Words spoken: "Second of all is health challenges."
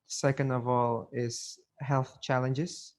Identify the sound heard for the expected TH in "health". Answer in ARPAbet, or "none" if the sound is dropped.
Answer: TH